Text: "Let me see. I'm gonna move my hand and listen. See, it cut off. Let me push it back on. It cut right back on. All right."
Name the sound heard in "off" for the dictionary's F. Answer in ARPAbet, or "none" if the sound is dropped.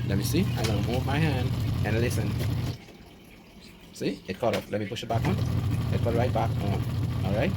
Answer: P